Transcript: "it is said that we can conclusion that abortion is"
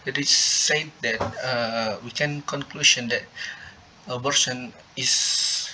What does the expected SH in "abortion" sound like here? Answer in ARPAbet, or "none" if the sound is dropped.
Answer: S